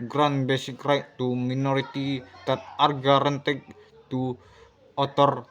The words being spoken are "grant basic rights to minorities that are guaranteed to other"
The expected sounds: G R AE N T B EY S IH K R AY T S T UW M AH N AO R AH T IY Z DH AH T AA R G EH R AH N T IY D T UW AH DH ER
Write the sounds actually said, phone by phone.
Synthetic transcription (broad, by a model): G R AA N B EY S IH K R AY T T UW M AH N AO R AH T IY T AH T AA R G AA R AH N T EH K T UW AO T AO